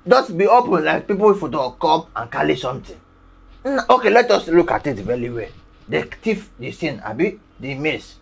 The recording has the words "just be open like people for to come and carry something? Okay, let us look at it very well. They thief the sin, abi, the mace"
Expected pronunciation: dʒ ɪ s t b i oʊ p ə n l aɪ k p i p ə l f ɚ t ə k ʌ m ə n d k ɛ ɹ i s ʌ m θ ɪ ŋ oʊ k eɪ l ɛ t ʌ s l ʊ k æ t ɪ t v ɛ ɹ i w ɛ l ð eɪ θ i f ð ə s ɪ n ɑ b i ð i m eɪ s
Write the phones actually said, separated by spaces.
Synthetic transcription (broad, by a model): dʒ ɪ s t b i oʊ p ə n l aɪ k p i p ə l f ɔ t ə k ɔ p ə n k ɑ l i s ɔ m t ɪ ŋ oʊ k eɪ l ɛ t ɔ s l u k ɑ t ɪ t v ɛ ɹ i w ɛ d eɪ t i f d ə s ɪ n ɑ b i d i m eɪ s